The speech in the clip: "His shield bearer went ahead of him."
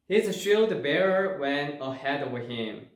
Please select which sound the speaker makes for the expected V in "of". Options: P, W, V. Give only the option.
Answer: W